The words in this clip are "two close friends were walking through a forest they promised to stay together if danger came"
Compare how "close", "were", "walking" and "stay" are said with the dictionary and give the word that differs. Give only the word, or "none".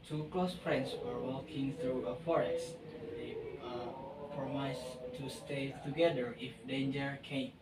none